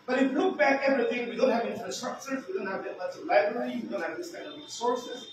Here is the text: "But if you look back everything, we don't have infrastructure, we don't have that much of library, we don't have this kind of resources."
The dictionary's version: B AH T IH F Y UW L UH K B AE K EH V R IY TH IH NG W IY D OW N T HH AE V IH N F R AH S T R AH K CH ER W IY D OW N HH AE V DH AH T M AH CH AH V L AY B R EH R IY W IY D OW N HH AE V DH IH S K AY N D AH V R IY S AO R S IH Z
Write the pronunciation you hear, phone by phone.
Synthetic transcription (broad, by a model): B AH T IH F L UH K B AE K EH V R IY TH IH NG W IY D OW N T HH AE V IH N F R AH S T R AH K CH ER W IY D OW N HH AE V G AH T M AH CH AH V L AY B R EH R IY W IY D OW N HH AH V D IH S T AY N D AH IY S AO R S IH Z